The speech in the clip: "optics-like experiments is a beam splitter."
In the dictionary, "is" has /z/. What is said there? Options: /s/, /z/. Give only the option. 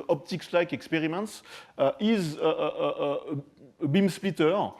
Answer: /z/